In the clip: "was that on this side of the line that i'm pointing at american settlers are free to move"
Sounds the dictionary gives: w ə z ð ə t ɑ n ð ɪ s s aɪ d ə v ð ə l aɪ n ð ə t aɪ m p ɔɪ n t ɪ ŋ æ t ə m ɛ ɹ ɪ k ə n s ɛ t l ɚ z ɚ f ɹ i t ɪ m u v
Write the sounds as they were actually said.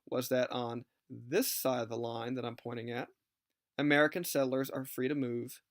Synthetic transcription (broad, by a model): w ə z ð ə t n ð ɪ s s aɪ d ə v ð ə l aɪ n ð ə t aɪ m p ɔɪ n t ɪ ŋ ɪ t ə m ɛ ɹ ɪ k ə n s ɛ t l ɚ z ɚ f ɹ i t ɪ m u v